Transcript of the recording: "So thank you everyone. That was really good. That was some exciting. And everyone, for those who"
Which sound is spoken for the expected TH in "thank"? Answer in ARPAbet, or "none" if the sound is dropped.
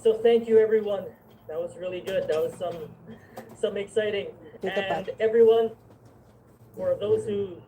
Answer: TH